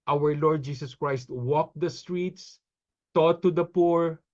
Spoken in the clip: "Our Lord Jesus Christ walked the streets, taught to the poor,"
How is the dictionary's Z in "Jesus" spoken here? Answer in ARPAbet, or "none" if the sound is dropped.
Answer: S